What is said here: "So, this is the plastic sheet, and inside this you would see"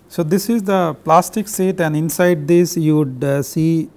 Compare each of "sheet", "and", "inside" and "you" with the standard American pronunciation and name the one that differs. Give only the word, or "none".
sheet